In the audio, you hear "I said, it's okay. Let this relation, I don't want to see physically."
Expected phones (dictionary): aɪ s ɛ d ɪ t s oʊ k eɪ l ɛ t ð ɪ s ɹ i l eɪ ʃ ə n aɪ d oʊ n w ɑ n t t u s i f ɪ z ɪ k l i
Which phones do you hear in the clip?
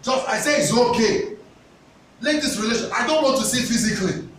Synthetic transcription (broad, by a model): aɪ s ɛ ɪ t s oʊ k eɪ l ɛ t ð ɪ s ɹ i l eɪ ʃ ə n aɪ d oʊ n w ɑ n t t u s i f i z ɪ k l i